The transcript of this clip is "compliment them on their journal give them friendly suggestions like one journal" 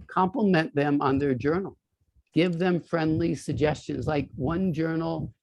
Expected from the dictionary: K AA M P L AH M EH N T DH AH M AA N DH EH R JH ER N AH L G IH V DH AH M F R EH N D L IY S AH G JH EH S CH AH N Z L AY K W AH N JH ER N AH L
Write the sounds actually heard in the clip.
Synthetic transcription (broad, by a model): K AA M P L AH M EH N DH AH M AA N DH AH R JH ER N L G IH V DH AH M F R EH N D L IY S AH G JH EH S CH AH N Z L AY K W AH N JH ER N L